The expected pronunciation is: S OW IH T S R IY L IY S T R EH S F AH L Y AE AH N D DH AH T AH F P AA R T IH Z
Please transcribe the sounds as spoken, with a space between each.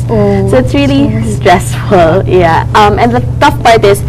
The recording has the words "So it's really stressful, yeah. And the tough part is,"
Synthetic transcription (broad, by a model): S OW IH T S R IY L IY S T R EH S F AH L Y AE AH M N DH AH T AH F B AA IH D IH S